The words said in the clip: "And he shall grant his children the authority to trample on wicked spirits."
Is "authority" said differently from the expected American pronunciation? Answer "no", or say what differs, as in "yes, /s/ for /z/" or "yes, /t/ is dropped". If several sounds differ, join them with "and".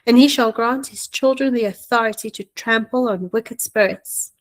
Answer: no